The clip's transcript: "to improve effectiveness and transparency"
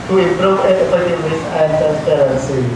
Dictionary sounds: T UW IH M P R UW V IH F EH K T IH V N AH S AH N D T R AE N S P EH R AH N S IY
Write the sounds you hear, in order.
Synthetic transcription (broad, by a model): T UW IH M P R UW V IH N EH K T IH N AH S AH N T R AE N S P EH R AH N S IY